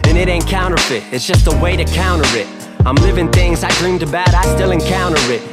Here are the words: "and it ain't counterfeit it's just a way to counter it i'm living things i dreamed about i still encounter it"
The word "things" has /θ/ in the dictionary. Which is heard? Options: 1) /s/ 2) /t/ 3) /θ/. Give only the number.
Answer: 3